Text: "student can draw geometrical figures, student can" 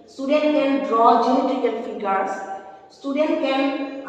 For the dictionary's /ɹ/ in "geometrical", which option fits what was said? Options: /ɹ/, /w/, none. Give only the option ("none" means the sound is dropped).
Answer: none